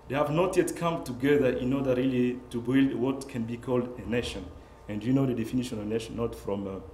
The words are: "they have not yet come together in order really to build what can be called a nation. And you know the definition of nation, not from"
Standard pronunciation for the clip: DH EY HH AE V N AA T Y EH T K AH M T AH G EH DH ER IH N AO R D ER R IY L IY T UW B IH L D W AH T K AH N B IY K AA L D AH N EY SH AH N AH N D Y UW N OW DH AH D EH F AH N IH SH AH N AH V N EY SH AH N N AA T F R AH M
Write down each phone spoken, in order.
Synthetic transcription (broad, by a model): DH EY HH AE V N AA T Y EH T K AH M T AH G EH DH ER IH N AO R D ER R IY L IY T UW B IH L D W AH T K AH N B IY K AA L D AH N EY SH AH N AH N D Y UW N OW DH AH D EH F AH N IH SH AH N AH V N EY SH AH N N AA T F R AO M